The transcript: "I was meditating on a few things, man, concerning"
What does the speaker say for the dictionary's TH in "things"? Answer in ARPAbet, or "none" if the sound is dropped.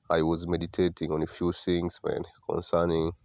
S